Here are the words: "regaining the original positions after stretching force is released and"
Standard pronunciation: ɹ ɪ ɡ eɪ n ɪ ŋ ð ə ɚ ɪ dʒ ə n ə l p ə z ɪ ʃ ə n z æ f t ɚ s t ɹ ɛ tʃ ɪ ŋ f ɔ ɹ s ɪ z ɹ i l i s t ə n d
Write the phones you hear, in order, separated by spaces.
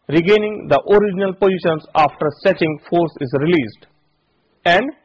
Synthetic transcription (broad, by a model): ɹ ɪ ɡ eɪ n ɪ ŋ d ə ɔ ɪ dʒ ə n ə l p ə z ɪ ʃ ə n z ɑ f t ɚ s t ɛ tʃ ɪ ŋ f ɔ ɹ s ɪ z ɹ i l i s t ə n d